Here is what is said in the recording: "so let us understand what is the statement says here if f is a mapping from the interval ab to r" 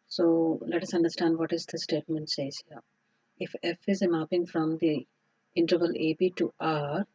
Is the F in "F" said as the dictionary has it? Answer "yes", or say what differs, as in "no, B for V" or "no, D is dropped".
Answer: yes